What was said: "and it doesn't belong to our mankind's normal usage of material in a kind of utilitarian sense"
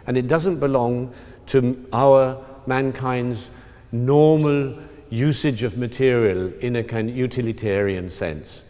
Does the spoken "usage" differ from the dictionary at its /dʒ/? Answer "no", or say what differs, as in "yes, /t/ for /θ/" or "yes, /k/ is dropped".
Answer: no